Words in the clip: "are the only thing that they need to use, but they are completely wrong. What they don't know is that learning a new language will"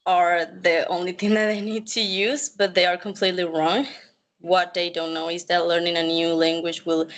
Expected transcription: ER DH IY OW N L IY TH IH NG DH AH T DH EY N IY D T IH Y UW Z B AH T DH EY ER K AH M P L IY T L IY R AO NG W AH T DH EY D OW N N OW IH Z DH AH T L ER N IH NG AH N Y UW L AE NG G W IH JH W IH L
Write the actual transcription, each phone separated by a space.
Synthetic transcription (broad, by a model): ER DH IY OW N L IY TH IH NG DH AH T DH EY N IY D T IH Y UW Z B AH T DH EY ER K AH M P L IY T L IY R AO NG W AH T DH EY D OW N N OW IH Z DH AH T L ER N IH NG AH N Y UW L AE NG G W IH JH W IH L